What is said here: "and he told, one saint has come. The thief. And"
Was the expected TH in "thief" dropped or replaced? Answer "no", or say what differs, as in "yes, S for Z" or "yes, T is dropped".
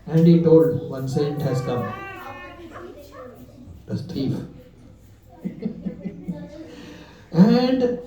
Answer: yes, S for TH